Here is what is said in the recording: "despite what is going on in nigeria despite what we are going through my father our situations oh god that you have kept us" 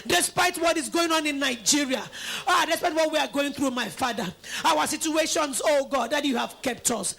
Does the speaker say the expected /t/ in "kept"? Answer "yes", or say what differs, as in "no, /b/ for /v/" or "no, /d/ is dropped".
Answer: yes